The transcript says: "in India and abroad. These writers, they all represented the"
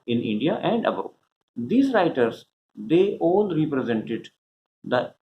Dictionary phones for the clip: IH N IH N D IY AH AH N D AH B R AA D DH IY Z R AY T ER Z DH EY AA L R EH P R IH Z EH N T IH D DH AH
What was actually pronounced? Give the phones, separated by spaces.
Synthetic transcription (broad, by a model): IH N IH N D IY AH AH N D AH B AA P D IY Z R AY T ER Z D EY AA L R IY P R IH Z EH N T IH D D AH